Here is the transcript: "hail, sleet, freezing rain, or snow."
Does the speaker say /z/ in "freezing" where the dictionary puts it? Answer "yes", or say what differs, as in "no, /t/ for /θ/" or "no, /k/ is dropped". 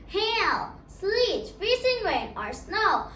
no, /s/ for /z/